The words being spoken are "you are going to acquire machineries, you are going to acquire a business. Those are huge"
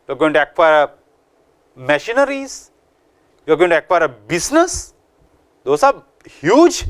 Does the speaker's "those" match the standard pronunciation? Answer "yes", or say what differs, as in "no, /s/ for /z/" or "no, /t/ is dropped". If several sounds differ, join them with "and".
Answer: no, /s/ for /z/